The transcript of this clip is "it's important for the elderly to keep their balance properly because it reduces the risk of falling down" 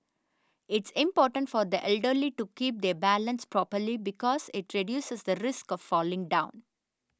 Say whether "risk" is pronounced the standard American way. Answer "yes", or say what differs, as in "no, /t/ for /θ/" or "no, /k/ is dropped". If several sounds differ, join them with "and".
yes